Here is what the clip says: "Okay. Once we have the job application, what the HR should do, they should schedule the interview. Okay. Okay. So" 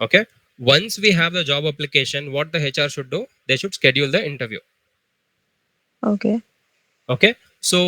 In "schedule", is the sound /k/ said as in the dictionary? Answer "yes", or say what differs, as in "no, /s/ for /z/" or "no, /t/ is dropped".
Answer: yes